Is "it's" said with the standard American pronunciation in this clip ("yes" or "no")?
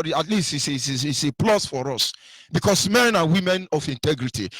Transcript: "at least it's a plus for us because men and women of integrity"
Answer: no